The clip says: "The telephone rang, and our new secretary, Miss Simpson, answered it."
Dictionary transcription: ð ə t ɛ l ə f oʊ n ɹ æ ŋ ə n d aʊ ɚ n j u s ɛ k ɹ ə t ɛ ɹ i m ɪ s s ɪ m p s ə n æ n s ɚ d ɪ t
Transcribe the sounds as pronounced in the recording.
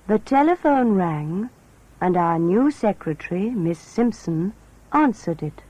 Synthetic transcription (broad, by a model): ð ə t ɛ l ə f oʊ n ɹ æ ŋ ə n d aʊ ɚ n j u s ɛ k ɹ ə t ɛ ɹ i m ɪ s s ɪ m p s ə n æ n s ɚ d ɪ t